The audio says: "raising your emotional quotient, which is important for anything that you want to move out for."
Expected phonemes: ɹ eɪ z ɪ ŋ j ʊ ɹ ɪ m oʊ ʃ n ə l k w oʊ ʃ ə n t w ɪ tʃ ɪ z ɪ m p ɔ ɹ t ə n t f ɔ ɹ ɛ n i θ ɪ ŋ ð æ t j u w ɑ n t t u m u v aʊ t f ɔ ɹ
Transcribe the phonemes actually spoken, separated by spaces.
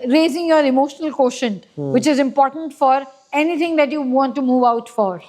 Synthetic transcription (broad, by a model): ɹ eɪ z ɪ ŋ j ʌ ɹ ɪ m oʊ ʃ n ə l k oʊ ʃ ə n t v ɪ tʃ ɪ z ɪ m p ɔ ɹ t ə n t f ɔ ɹ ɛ n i t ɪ ŋ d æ t j u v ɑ n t t u m u v aʊ t f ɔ ɹ